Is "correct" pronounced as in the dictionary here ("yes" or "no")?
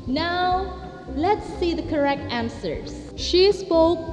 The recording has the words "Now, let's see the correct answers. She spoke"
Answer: yes